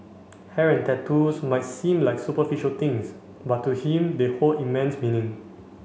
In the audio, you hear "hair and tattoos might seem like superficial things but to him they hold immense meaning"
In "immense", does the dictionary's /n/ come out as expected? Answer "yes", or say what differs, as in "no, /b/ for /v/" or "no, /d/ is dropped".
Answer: yes